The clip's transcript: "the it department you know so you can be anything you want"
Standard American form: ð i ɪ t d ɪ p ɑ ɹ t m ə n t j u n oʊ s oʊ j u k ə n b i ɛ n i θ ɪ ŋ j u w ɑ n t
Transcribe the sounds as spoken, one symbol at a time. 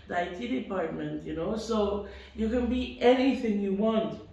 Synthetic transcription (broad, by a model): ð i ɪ t d ɪ p ɑ ɹ t m ə n t j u n oʊ s oʊ j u k ə n b i ɛ n i θ ɪ ŋ j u w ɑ n t